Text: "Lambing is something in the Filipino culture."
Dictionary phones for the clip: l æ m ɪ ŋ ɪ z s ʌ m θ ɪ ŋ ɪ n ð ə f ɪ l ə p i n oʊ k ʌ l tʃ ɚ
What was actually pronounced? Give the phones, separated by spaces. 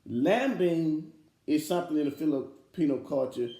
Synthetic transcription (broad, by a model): l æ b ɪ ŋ ɪ z s ʌ m θ ɪ ŋ ɪ n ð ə f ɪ l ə p i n oʊ k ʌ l tʃ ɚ